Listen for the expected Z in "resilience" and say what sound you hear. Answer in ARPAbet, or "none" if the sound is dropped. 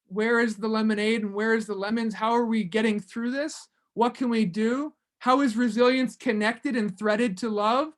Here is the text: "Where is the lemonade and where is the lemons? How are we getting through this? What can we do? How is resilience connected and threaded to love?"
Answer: Z